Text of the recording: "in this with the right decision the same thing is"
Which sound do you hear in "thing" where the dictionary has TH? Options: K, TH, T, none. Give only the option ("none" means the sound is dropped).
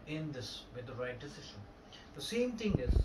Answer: T